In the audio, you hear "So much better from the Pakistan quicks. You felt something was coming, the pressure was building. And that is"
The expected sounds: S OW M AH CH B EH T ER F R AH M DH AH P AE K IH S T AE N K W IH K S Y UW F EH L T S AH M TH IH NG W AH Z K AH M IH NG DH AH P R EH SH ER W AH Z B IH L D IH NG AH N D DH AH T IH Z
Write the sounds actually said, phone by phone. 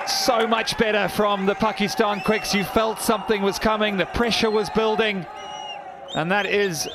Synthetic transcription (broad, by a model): S OW M AH CH B EH T ER F R AH M DH AH P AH K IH S T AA N K W IH K S Y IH F EH L T S AH M TH IH NG W AH Z K AH M IH NG DH AH P R EH SH ER W AH Z B IH L D IH NG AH N DH AH T IH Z